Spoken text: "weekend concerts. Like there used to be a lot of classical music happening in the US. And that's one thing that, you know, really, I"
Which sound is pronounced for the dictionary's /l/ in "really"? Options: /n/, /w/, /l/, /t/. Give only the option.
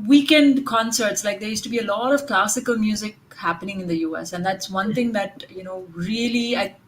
/l/